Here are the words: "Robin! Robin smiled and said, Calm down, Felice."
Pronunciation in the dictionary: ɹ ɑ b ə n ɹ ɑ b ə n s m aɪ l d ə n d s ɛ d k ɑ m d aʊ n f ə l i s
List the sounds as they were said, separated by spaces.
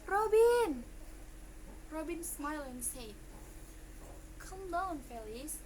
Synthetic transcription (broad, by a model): ɹ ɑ b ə n ɹ ɑ b ə n s m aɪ l ə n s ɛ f k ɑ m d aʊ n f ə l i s